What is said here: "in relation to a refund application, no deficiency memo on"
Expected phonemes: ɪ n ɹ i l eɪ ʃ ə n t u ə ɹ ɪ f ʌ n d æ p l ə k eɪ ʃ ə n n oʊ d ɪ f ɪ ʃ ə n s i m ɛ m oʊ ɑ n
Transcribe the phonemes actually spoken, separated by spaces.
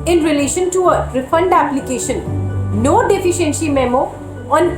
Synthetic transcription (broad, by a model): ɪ n ɹ i l eɪ ʃ ə n t u ə ɹ ɪ f ʌ n d æ p l ə k eɪ ʃ ə n n oʊ d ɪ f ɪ ʃ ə n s i m ɛ m oʊ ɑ n